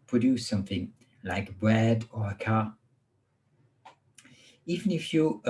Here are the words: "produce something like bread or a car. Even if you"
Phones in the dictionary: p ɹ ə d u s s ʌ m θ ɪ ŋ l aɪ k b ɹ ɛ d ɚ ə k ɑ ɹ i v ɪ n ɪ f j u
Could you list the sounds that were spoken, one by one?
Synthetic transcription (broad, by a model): p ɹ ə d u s s ʌ m θ ɪ ŋ l aɪ k b ɹ ɛ d ɚ ə k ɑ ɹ i v ɪ n ɪ f j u